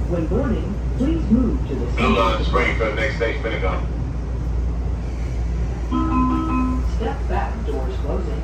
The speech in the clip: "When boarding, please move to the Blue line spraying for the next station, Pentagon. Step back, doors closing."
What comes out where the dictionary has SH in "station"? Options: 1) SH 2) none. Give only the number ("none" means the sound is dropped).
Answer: 2